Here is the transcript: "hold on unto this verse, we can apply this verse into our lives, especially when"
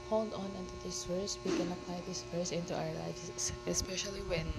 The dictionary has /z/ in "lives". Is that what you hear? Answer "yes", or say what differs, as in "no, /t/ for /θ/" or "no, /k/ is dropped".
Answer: no, /s/ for /z/